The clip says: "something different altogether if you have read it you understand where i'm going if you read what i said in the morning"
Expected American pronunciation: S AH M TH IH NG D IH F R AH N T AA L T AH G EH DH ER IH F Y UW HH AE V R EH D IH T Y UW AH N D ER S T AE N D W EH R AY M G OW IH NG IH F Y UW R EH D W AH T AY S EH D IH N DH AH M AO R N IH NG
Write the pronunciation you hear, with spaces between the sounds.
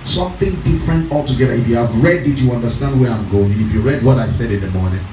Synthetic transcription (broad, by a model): S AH M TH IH NG D IH F R AH N T AA L T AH G EH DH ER IH F Y UW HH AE V R EH D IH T Y UW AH N D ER S T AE N D W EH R AY M G OW IH NG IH F Y UW R EH D W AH T AY S EH D IH N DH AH M AO R N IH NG